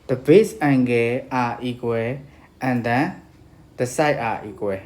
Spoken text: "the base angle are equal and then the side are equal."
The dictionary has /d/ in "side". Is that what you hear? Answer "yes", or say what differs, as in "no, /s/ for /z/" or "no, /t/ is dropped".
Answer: no, /d/ is dropped